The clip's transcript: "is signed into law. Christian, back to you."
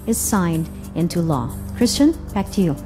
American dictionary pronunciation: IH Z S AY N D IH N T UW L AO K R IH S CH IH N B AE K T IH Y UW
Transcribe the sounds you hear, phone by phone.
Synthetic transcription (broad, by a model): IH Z S AY N D IH N T UW L AO K R IH S CH IH N B AE K T IH Y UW